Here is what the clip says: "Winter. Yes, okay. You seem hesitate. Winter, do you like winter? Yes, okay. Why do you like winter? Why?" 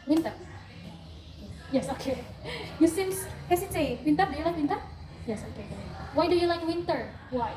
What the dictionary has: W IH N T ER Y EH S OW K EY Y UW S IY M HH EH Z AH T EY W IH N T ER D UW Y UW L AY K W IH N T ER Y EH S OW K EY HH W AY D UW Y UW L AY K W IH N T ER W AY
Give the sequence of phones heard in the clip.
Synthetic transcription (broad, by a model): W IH N T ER Y EH S OW K EY Y UW S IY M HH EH S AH S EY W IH N T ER D UW Y UW L AY K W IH N T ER Y EH S OW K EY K W AY D UW Y UW L AY K W IH N T ER W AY